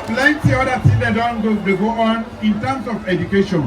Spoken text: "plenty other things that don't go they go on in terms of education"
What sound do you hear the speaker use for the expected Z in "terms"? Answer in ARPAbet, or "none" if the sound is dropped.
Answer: S